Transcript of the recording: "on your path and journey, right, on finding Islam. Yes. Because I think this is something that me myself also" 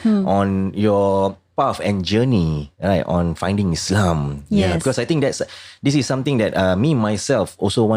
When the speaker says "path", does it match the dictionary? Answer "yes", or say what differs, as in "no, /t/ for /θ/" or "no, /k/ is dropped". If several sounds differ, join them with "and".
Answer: no, /f/ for /θ/